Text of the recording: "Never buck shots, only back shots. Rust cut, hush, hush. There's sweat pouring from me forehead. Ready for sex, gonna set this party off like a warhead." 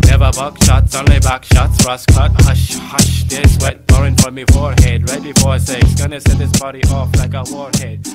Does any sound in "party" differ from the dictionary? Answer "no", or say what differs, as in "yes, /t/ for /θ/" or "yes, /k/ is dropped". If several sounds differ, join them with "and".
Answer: yes, /b/ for /p/